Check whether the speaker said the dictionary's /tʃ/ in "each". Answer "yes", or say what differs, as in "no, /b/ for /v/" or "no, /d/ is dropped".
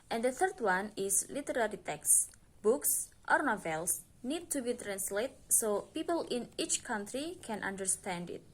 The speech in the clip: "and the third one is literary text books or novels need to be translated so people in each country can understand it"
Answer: yes